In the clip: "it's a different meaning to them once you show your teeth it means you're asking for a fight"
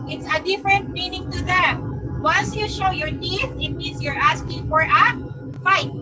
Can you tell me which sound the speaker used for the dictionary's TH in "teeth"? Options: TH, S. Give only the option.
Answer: S